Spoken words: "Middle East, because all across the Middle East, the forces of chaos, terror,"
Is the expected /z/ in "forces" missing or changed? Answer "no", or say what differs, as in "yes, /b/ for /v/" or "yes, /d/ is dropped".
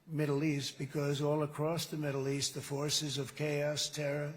no